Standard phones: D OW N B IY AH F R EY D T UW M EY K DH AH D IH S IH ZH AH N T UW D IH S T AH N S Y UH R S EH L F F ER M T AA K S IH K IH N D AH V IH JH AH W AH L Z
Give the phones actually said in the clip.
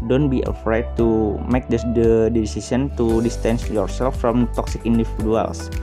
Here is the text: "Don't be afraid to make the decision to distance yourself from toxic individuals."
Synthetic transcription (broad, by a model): D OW N B IY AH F R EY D T UW M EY K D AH D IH S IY S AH N T UW D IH S T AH N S Y UH R S EH L F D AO M T AA K S IH K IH N D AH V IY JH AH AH L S